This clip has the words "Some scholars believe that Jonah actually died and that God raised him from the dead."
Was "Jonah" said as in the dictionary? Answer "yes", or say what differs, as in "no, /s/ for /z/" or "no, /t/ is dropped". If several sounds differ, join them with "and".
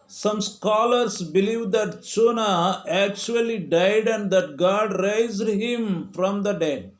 no, /tʃ/ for /dʒ/